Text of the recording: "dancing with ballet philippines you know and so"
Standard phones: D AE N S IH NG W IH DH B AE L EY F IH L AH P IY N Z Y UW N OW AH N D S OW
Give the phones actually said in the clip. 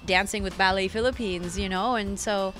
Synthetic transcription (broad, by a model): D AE N S IH NG W IH DH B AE L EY F IH L AH P IY N Z Y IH N OW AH N S OW